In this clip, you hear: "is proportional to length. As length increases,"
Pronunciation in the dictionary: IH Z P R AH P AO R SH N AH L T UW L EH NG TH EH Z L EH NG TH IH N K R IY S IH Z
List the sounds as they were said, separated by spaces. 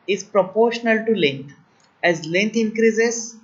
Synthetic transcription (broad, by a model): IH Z P R AH P AO R SH N AH L T UW L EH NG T EH Z L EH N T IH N K R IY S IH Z